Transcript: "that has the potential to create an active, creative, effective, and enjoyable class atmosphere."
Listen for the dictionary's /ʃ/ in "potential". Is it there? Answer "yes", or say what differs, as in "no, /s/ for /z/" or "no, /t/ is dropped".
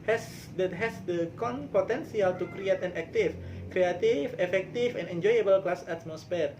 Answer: no, /s/ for /ʃ/